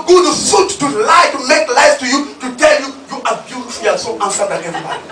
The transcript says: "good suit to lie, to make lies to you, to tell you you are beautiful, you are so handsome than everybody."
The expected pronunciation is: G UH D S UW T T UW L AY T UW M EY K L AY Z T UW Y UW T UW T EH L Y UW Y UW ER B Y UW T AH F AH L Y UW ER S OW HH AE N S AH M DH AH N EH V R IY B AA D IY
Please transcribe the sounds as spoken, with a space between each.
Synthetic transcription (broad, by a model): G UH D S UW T T UW L AY T UW M EY K L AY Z T UW Y UW T UW T EH L Y UW Y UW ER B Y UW S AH AH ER S OW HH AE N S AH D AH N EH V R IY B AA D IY